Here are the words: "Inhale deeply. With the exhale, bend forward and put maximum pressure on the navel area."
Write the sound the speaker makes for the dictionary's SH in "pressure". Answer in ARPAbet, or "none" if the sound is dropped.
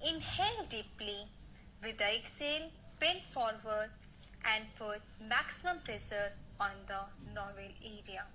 S